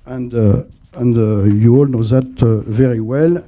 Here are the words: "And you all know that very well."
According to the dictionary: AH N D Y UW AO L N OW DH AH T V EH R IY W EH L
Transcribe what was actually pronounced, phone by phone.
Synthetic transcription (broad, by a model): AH N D Y UW AO L N OW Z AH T V EH R IY W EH L